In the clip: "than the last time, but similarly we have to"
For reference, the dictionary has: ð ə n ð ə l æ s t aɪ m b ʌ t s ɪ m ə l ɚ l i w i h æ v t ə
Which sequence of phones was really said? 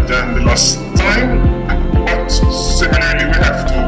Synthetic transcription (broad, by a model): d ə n ð ə l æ s t aɪ m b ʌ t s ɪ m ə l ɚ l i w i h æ f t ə